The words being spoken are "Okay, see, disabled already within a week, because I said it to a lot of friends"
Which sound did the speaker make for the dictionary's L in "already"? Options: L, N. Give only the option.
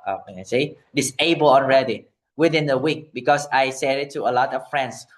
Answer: N